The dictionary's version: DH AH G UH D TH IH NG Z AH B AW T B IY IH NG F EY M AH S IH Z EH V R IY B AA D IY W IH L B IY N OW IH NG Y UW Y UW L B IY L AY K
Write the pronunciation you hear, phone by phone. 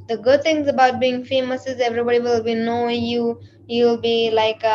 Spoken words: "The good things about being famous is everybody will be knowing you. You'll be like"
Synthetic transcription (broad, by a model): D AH G UH D T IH NG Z AH B AW T B IY IH NG F EY M AH S IH Z EH V R IY B AA D IY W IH L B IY N OW Y UW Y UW L B IY L AY K